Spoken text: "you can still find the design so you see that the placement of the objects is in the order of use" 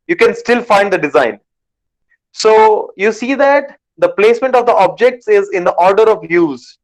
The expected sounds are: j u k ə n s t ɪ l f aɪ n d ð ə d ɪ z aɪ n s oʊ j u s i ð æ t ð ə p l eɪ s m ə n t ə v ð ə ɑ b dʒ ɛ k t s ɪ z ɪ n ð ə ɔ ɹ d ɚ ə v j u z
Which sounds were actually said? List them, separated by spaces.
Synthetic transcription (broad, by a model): j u k ə n s t ɪ l f aɪ n d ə d ɪ z aɪ n s oʊ j u s i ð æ t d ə p l eɪ s m ə n t ə v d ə ɑ b dʒ ɛ k t s ɪ z ɪ n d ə ɔ ɹ d ɚ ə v j u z